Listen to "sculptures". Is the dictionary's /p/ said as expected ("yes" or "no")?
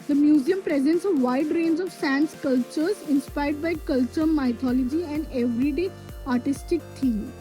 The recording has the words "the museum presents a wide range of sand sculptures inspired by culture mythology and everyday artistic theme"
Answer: no